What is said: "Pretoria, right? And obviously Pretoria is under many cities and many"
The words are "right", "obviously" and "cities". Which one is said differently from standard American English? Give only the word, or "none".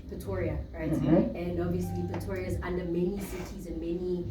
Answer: none